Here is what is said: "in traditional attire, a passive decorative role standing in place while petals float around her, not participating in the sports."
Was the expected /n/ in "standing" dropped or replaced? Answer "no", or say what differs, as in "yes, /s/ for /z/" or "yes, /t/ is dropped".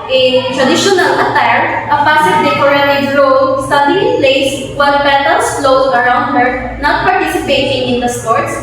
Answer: yes, /n/ is dropped